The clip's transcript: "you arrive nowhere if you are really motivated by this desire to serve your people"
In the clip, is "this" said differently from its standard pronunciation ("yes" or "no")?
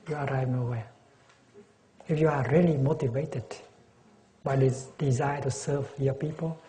yes